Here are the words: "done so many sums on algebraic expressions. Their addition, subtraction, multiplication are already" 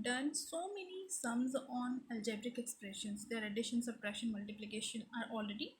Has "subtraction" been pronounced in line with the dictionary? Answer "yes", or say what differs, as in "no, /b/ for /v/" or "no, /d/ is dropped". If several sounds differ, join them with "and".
no, /k/ is dropped